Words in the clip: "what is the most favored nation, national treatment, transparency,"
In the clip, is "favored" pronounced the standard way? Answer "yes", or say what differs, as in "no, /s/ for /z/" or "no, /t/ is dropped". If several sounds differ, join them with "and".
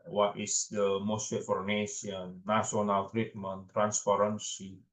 no, /f/ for /v/